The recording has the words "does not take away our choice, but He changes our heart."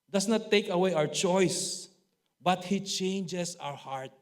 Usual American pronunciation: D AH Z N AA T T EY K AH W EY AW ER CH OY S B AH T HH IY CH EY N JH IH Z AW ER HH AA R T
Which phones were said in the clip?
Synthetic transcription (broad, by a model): D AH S N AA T T EY K AH W EY AW ER CH OY S B AH T HH IY CH EY N JH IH S AW ER HH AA R T